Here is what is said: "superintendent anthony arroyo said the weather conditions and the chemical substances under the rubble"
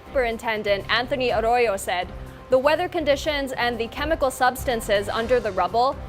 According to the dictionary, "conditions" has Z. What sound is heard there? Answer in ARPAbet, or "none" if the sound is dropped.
Z